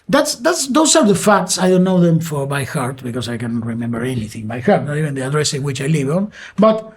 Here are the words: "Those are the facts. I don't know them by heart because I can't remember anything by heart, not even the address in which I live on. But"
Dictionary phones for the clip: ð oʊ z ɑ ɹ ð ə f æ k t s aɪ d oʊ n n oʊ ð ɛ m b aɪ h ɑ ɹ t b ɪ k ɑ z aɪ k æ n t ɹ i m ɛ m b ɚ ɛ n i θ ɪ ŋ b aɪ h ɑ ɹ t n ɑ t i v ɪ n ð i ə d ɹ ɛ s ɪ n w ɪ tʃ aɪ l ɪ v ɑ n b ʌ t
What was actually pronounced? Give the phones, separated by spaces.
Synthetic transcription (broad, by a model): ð oʊ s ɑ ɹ ð ə f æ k t s aɪ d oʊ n n oʊ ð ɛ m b aɪ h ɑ ɹ t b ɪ k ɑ s aɪ k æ n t ɹ i m ɛ m b ɚ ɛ n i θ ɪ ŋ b aɪ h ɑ ɹ t n ɑ t i v ɪ n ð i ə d ɹ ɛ s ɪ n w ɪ tʃ aɪ l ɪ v ɑ n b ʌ t